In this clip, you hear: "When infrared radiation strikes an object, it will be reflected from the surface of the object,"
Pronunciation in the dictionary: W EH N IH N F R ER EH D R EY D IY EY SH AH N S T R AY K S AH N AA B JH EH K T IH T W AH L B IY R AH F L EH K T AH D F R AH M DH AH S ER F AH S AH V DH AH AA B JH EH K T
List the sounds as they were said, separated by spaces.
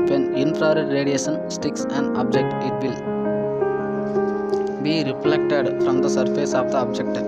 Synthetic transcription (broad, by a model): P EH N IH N P R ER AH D R EY D IY EY SH AH N S T IY K S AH N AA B JH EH K T IH T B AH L B IY R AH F L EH K T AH D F R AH M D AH S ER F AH S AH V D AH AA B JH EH K T